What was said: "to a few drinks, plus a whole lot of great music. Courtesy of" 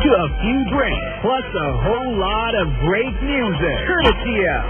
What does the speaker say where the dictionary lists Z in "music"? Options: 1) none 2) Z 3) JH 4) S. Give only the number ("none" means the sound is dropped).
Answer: 2